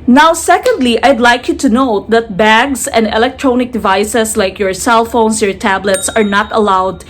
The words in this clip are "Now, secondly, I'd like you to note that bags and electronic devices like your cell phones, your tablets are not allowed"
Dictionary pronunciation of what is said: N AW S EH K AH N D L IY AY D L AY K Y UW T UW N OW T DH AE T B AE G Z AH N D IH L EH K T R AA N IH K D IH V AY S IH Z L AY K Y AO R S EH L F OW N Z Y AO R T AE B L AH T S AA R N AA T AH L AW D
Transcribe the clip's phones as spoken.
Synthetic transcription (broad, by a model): N AW S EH K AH N D L IY AY D L AY K Y UW T UW N OW T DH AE T B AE G S AH N D IH L EH K T R AA N IH K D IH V AY S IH S L AY K Y AO R S EH L F OW N S Y AO R T AE B L AH T S AA R N AA T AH L AW D